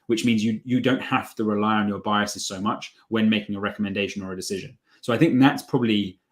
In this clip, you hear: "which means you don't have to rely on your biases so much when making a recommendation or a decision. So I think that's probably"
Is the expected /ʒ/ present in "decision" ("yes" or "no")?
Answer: yes